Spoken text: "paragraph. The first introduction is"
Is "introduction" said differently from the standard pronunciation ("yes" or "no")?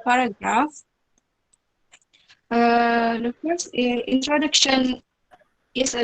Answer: no